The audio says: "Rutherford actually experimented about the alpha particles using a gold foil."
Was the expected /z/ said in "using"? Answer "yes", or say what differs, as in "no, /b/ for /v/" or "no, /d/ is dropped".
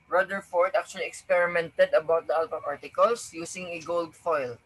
no, /s/ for /z/